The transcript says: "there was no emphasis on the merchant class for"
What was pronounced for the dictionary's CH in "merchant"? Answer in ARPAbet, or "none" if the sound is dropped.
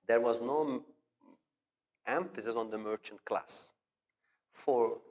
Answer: CH